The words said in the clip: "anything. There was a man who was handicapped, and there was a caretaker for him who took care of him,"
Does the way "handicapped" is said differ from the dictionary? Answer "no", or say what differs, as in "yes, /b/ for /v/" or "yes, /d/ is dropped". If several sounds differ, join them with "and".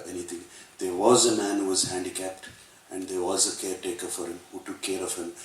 no